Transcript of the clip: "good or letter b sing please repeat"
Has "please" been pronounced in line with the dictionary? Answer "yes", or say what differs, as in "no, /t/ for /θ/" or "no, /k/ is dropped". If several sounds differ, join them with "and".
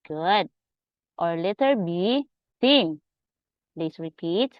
no, /s/ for /z/